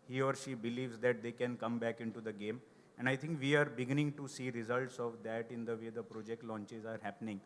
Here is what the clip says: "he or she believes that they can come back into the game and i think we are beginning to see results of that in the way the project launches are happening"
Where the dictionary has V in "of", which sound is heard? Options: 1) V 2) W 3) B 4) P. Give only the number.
1